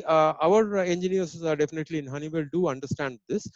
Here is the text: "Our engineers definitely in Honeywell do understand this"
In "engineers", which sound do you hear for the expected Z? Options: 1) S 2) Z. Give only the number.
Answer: 1